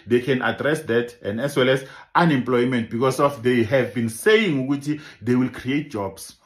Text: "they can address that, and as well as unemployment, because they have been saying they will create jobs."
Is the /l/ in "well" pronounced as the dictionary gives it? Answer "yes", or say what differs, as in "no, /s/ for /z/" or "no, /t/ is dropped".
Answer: yes